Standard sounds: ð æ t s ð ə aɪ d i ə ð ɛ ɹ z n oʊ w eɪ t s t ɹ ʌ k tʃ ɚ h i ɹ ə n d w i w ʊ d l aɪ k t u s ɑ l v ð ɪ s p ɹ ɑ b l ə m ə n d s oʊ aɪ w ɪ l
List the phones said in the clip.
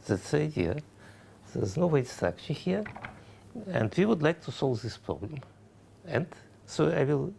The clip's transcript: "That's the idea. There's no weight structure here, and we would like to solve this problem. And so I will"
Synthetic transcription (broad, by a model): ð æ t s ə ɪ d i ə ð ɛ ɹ z n oʊ w eɪ t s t æ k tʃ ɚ h i ɹ ə n d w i w ʊ d l aɪ k t u s ɑ l v ð ɪ s p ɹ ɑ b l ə m ə n d s oʊ aɪ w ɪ l